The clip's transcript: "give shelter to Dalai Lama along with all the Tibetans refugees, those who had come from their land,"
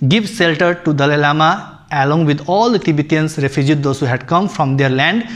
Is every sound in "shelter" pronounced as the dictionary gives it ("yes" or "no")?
no